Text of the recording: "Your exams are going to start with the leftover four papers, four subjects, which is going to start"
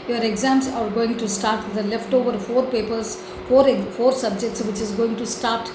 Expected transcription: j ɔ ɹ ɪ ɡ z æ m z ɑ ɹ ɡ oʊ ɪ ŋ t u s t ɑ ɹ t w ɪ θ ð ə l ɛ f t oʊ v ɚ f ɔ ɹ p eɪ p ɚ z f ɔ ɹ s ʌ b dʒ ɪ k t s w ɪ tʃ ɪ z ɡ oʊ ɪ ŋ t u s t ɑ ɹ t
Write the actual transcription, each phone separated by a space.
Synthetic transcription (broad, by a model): j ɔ ɹ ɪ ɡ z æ m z ɑ ɹ ɡ oʊ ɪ ŋ t u s t ɑ ɹ t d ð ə l ɛ f t oʊ v ɚ f ɔ ɹ p eɪ p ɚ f f ɔ ɹ s ʌ b dʒ ɪ k t s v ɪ tʃ ɪ z ɡ oʊ ɪ ŋ t u s t ɑ ɹ t